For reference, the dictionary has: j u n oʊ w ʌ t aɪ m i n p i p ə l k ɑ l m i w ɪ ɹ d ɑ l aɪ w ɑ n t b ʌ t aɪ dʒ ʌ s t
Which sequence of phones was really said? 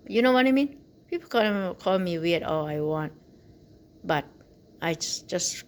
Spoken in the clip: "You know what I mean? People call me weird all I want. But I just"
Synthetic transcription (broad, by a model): j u n oʊ w ʌ t aɪ m i n p i p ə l k ɑ l m i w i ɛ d ɑ l aɪ w ɑ n t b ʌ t aɪ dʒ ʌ s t